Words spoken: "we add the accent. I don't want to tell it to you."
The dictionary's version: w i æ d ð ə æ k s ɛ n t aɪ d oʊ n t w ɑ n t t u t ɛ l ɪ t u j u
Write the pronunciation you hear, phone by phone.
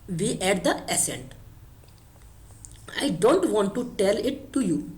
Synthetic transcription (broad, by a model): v i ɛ d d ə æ s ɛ n t aɪ d oʊ n t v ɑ n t t u t ɛ l ɪ t u j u